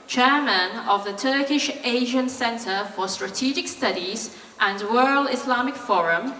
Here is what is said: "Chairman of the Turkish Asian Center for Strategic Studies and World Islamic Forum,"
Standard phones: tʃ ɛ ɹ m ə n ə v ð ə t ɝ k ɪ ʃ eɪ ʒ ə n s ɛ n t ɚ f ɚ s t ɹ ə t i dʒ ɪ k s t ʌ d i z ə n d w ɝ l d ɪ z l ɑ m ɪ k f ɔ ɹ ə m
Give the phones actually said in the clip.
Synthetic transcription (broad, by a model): tʃ ɛ m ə n ə v ð ə t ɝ k ɪ ʃ eɪ ʒ ə n s ɛ n t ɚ f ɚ s t ɹ ə t i dʒ ɪ k s t ʌ d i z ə n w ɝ l ɪ s l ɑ m ɪ k f ɔ ɹ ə m